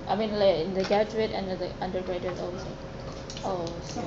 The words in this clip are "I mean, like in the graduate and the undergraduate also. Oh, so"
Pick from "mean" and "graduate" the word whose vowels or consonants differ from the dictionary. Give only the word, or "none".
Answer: graduate